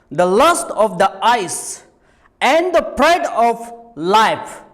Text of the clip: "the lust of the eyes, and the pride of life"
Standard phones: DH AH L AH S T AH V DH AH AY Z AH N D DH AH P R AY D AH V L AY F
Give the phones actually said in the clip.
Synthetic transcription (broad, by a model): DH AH L AH S T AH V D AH AY S AH N D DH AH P R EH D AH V L AY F